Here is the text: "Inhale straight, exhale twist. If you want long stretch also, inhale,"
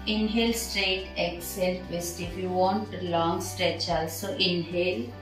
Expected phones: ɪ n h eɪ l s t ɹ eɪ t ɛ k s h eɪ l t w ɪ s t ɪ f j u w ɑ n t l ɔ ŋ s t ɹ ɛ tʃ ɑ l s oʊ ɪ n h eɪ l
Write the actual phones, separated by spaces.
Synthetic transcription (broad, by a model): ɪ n h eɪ l s t ɹ eɪ t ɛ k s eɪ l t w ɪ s t ɪ f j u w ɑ n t l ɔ ŋ s t ɹ ɛ tʃ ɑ l s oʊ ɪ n h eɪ l